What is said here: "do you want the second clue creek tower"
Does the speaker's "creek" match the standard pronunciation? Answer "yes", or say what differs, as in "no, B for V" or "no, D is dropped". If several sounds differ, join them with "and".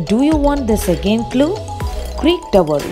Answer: yes